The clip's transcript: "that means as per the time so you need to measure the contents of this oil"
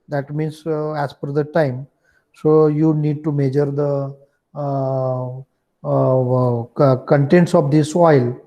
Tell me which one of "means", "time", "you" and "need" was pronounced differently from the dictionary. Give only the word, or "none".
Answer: means